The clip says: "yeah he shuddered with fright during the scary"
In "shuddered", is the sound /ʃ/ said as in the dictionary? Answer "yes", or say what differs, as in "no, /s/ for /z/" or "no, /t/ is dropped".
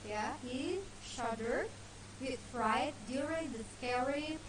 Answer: yes